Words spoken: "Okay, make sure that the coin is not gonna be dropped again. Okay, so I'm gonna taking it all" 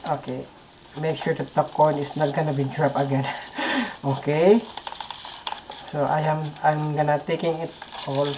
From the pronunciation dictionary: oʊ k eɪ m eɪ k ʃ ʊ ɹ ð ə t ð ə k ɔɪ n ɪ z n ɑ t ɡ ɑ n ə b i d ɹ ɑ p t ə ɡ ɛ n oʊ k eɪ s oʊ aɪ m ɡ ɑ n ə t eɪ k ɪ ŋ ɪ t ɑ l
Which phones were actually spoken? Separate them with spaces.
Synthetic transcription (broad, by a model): oʊ k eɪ m eɪ k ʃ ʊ ɹ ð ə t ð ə k ɔɪ n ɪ s n ɑ t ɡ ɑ n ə b i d ɹ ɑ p ə ɡ ɛ n oʊ k eɪ s oʊ aɪ m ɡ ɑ n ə t eɪ k ɪ ŋ ɪ t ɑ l